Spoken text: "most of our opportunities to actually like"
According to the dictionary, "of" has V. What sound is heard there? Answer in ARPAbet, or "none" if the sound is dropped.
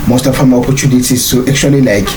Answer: F